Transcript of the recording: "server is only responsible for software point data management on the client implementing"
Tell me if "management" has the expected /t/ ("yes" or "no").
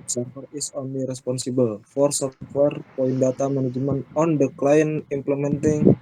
no